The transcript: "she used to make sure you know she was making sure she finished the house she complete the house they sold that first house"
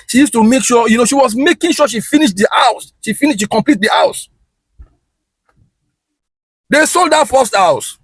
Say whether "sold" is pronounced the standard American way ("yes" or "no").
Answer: yes